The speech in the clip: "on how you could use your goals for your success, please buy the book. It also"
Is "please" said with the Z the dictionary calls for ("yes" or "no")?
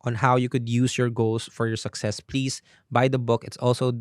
no